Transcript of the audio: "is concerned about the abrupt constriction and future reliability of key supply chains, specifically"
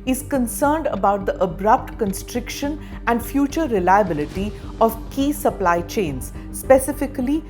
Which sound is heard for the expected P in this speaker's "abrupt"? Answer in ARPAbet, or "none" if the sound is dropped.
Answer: P